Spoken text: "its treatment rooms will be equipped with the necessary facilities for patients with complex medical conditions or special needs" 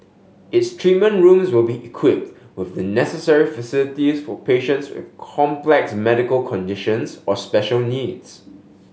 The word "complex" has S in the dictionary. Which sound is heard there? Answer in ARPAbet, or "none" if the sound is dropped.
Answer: S